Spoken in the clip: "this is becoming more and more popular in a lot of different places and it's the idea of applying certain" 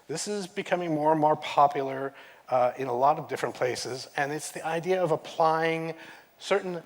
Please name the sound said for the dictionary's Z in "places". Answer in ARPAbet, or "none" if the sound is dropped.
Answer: Z